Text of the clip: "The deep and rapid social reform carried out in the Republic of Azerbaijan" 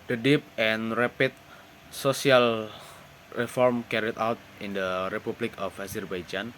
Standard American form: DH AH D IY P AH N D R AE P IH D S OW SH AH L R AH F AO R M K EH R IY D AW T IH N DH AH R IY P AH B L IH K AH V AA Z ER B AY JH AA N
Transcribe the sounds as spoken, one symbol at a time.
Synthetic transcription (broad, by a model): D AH D IY P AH N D R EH P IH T S OW S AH L R AH F AO R M K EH R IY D AW T IH N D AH R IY P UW B L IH K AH F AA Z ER B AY JH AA N